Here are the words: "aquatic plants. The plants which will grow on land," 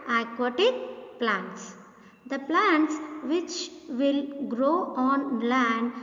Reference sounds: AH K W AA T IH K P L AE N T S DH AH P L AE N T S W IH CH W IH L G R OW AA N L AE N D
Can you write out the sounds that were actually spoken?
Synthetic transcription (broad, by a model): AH K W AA T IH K P L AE N T S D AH P L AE N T S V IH CH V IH L G R OW AA N L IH N D